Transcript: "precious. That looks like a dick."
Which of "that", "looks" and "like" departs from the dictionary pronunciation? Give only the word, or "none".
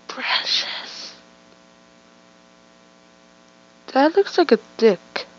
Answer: none